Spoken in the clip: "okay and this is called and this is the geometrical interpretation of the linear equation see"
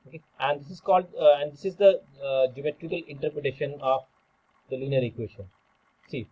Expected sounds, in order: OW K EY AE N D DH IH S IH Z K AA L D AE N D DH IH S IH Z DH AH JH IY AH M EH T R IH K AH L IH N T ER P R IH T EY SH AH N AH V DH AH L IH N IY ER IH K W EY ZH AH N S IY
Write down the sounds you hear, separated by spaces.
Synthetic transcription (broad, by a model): OW K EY AE N D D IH S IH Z K AA L D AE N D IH S IH Z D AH JH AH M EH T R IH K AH L IH N T ER P R IH T EY SH AH N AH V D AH L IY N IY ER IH K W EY SH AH N S IY